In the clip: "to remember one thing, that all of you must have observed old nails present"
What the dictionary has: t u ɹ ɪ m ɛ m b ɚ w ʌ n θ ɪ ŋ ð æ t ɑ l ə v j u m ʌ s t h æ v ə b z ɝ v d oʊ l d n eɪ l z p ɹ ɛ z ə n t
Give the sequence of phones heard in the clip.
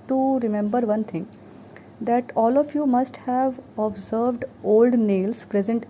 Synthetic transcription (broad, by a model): t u ɹ ɪ m ɛ m b ɚ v ʌ n t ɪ ŋ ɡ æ t ɑ l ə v j u m ʌ s t h æ v ə b z ɝ v d oʊ l d n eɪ l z p ɹ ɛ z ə n t